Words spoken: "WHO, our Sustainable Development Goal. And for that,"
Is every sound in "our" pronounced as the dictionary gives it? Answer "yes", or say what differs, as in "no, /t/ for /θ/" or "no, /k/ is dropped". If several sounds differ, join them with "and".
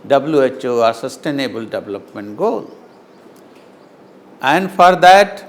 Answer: yes